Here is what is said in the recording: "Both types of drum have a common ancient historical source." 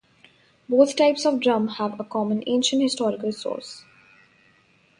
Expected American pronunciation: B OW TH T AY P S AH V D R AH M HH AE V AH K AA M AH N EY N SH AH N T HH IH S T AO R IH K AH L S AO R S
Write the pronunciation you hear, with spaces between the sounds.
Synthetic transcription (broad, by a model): B OW T T AY P S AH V D R AH M HH AE V AH K AA M AH N EY N SH AH N T HH IH S T AO R IH K AH L S AO R S